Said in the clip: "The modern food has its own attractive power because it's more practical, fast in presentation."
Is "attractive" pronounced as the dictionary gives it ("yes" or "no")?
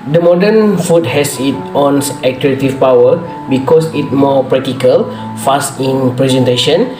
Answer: no